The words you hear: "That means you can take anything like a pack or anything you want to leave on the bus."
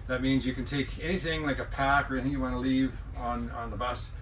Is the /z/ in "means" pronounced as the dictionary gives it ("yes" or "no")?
yes